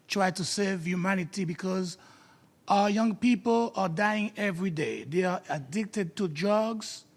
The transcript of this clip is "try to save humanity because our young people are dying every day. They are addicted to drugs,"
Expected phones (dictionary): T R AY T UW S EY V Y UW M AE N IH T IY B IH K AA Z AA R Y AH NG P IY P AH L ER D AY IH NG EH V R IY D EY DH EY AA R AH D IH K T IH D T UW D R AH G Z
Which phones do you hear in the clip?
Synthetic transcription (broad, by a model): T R AY T UW S EY V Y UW M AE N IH T IY B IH K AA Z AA Y AH NG P IY P AH L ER D AY IH NG EH V R IY D EY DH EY AA R AH D IH K T IH D T UW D R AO G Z